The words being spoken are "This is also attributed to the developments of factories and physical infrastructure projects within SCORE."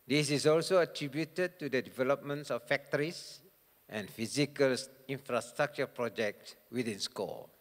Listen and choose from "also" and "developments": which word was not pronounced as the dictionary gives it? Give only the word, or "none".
none